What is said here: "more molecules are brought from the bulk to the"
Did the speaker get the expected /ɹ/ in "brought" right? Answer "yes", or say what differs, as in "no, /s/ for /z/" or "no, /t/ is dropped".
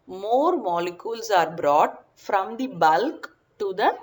yes